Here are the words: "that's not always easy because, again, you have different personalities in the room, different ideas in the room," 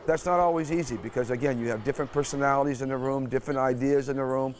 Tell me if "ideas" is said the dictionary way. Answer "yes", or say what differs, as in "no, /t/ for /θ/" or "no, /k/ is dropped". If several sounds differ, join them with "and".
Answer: yes